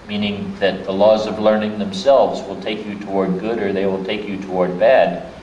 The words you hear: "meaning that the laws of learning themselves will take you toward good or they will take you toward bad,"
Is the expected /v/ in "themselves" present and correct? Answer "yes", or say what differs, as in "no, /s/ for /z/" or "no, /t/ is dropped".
yes